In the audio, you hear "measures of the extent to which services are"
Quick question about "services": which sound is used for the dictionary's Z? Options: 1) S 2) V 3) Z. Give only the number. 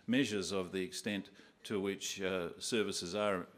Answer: 3